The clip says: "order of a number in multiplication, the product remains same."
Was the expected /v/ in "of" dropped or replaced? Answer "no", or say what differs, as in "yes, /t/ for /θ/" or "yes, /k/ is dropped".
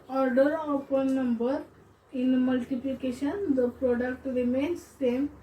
yes, /p/ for /v/